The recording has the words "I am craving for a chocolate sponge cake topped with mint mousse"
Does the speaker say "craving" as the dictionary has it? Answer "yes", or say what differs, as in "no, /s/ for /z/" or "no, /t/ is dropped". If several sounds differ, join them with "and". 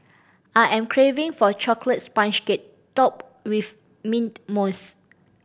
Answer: yes